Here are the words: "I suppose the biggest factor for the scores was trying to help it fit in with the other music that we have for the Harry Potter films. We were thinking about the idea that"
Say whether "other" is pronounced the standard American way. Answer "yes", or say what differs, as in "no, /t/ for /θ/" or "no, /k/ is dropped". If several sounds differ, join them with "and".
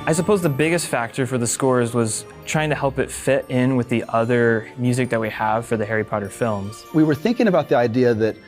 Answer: yes